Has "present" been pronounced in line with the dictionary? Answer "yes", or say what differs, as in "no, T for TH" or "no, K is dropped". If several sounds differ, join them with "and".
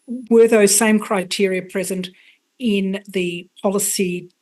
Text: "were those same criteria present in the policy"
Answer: yes